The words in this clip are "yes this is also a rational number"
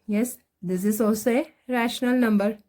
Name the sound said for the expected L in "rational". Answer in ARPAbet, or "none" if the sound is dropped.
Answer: L